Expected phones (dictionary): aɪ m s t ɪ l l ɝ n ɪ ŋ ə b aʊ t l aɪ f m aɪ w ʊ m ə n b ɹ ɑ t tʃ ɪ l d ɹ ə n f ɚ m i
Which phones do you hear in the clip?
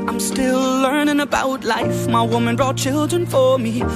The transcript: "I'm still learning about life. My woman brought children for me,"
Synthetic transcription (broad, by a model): aɪ m s t ɪ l l ɝ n ɪ ŋ ə b aʊ t l aɪ f m aɪ w ʊ m ə n b ɹ ɑ t tʃ ɪ l d ɹ ə n f ɚ m i